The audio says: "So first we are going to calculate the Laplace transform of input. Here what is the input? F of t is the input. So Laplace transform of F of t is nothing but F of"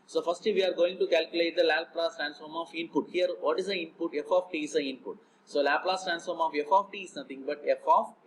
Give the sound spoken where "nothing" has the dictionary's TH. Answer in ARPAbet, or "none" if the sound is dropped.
T